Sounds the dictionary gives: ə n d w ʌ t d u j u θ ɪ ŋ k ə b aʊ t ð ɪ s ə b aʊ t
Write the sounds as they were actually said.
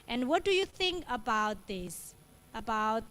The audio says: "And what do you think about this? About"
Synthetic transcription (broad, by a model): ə n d w ʌ t d u j u θ ɪ ŋ k ə b aʊ t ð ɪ s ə b aʊ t